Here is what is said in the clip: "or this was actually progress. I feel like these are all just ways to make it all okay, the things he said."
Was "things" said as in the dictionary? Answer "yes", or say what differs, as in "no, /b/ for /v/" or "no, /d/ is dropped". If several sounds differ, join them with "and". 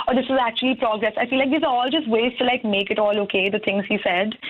no, /t/ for /θ/